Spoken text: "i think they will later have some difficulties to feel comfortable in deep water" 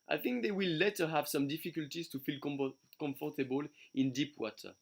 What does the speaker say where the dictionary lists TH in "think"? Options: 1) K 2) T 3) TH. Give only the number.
3